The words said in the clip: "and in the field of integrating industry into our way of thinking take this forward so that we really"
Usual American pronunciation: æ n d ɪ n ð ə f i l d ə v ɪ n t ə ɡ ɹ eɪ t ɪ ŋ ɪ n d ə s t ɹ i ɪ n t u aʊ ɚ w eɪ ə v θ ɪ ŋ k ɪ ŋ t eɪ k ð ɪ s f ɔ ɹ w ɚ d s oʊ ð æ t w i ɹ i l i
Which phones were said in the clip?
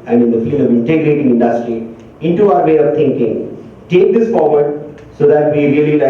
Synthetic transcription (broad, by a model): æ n d ɪ n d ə f i l d ə v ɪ n t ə ɡ ɹ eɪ t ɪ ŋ ɪ n d ə s t ɹ i ɪ n t u aʊ ɚ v eɪ ə v t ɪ ŋ k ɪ ŋ t eɪ k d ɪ s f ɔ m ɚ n s oʊ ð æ t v i ɹ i l i